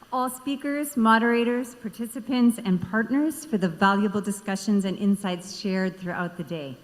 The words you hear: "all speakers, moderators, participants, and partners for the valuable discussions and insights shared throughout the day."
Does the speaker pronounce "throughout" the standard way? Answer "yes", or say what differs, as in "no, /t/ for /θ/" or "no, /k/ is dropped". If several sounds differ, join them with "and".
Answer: yes